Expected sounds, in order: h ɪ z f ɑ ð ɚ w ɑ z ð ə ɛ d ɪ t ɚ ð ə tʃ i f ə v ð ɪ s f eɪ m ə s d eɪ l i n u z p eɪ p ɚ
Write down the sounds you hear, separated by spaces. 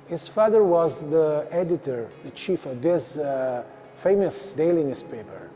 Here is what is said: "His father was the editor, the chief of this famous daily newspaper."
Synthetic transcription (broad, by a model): h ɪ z f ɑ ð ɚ w ɑ z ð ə ɛ d ɪ t ɚ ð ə tʃ i f ə v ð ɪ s f eɪ m ə s d eɪ l i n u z p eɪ p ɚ